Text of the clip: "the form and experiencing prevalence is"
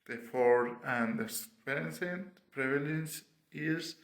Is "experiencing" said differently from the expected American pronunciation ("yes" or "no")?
yes